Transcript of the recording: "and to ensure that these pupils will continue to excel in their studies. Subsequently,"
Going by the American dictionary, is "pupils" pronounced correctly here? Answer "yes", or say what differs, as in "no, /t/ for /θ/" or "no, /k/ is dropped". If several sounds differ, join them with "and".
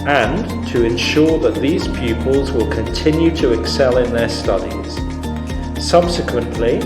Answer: yes